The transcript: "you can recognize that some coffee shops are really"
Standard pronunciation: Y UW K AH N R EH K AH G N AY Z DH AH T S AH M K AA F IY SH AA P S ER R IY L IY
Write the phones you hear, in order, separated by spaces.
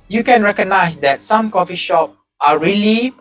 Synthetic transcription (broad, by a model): Y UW K AH N R EH K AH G N AY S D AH T S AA M K AA F IY SH AA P AA R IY L IY